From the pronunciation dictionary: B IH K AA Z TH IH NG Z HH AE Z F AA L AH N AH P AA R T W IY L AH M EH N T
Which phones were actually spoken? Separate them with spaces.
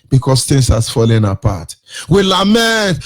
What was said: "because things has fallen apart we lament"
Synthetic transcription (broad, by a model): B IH K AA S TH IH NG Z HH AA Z F AA L AH N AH P AA T W IY L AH M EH N T